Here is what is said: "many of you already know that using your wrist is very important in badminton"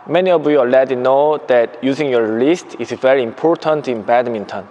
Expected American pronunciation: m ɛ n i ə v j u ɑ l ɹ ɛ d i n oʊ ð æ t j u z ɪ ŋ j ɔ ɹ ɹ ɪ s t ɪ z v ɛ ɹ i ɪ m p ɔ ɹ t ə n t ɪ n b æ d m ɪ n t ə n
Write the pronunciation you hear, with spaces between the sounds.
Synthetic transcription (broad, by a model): m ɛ n i ə v j u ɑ l ɛ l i n oʊ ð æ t j u z ɪ ŋ j ɔ ɹ l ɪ s t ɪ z v ɛ ɹ i ɪ m p ɔ ɹ t ə n t ɪ n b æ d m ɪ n t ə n